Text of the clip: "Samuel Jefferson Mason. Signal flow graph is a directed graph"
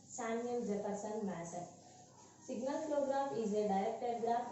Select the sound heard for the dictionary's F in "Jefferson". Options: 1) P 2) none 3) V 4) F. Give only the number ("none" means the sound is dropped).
1